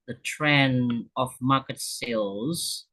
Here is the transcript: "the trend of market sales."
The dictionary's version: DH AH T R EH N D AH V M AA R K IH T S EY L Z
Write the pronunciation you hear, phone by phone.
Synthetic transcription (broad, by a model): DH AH T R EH N AH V M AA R K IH T S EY L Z